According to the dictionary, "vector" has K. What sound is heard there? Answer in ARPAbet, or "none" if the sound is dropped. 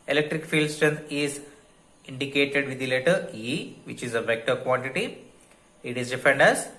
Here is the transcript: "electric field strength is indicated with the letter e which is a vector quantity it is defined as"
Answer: K